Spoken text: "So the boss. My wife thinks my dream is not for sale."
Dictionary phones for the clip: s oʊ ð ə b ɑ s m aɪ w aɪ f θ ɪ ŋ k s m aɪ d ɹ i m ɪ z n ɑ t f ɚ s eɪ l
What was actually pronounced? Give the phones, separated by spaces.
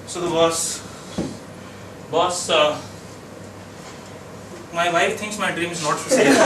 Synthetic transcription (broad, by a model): s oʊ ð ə b ɑ s m aɪ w aɪ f t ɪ ŋ k s m aɪ d ɹ i m ɪ z n ɑ t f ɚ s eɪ